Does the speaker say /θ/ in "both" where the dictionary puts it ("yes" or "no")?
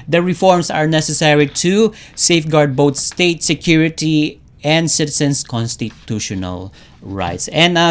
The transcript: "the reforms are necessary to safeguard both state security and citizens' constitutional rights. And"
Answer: no